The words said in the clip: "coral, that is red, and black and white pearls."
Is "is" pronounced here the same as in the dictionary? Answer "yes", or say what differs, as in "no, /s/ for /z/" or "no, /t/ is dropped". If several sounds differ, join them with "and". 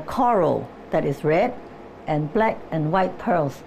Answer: no, /s/ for /z/